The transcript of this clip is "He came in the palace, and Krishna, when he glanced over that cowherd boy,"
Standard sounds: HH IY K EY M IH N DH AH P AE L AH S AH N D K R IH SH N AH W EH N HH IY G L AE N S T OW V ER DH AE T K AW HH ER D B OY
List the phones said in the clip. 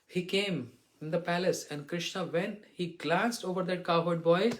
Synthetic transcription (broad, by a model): HH IY K EY M IH N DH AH P AE L AH S AH N D K R IH SH N AH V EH N HH IY G L AE N S T OW V ER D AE T K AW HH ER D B OY